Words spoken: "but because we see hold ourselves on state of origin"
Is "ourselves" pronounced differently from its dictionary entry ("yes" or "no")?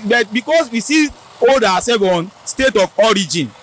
yes